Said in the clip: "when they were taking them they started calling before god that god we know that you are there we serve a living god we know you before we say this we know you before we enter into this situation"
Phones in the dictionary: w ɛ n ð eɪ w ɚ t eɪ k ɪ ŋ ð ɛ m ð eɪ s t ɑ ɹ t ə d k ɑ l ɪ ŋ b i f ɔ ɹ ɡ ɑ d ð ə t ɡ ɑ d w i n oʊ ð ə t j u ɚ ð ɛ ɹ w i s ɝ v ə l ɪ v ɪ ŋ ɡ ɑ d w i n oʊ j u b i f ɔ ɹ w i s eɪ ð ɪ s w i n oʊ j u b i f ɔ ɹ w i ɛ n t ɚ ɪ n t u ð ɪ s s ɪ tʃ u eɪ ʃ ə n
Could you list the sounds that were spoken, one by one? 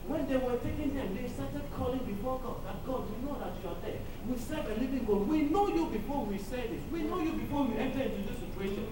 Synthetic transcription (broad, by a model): w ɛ n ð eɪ w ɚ t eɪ k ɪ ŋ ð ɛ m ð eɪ s t ɑ t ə d k ɑ l ɪ ŋ b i f ɔ ɡ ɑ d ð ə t ɡ ɑ d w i n oʊ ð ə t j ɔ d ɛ w i s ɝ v ə l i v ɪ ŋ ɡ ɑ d w i n oʊ j u b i f ɔ w i s eɪ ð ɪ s w i n oʊ j u b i f ɔ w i ɛ n t ɚ ɪ n t u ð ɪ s s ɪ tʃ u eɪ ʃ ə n